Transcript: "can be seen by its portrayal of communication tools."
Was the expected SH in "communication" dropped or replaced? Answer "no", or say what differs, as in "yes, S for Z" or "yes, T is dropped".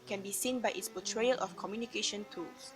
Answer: no